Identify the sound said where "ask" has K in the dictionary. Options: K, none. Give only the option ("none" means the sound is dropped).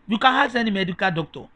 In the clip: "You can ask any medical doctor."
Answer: none